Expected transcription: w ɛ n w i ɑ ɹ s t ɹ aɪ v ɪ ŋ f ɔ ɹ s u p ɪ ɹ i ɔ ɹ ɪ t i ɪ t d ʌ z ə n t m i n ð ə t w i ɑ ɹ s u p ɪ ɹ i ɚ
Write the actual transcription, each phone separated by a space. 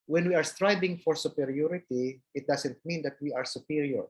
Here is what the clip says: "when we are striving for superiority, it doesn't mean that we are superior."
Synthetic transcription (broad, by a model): w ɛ n w i ɑ ɹ s t ɹ aɪ b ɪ ŋ f ɔ ɹ s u p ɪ ɹ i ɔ ɹ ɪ t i ɪ t d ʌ s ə n t m i n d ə t w i ɑ ɹ s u p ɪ ɹ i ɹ